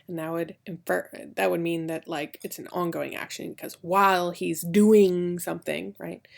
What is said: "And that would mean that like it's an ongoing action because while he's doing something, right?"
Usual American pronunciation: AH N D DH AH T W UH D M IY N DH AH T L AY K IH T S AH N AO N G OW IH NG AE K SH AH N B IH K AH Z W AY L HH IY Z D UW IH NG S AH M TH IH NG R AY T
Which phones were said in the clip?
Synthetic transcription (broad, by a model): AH N D DH AH T W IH D M IY N DH AH T L AY K IH T S N AO N G OW IH NG AE K SH AH N K AH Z W AY L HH IY Z D UW IH NG S AH M TH IH NG R AY T